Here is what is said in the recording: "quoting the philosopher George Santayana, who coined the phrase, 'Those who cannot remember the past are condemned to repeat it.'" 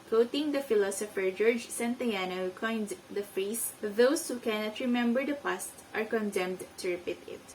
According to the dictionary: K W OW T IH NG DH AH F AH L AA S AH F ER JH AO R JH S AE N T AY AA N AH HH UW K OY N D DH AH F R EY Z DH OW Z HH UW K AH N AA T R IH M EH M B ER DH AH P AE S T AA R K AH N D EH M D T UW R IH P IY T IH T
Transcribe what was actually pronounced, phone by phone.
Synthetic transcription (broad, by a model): K OW T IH NG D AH F AH L AA S AH F ER JH AO R JH S AE N T AY AA N AH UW K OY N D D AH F R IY S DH OW S HH UW K AH N AA T R IH M EH M B ER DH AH P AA S T AA R K AH N D EH M D T UW R IH P IY T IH T